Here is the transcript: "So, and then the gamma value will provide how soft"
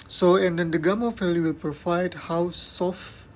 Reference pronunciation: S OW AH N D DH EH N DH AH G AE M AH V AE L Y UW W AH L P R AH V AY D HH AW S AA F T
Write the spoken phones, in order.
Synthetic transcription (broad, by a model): S OW AH N D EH N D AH G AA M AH F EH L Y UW W AH L P R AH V AY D HH AW S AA F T